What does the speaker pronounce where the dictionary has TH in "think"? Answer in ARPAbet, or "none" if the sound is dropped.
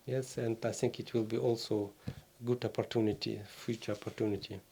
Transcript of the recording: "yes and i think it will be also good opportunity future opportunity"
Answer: T